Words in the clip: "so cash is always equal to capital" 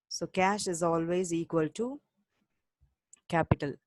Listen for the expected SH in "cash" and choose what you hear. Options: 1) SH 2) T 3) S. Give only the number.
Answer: 1